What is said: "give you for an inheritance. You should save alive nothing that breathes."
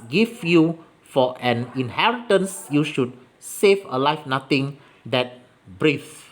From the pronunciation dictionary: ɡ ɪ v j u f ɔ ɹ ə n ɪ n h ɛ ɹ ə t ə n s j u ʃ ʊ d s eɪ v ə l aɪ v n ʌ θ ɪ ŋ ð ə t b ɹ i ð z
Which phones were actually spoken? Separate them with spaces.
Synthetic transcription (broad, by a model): ɡ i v j u f ɔ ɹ ə n ɪ n h ɛ ɹ ə t ə n s j u ʃ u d s eɪ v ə l aɪ f n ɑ t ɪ ŋ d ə t b ɹ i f